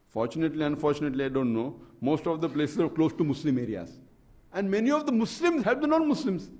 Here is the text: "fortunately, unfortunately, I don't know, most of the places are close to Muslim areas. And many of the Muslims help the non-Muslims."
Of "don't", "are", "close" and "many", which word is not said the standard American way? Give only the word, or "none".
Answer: none